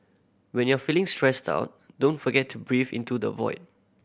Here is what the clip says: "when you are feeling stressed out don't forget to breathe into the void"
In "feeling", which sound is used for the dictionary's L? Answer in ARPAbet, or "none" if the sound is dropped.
L